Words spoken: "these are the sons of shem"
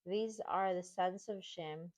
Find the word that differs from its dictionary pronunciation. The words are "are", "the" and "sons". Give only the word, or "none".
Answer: sons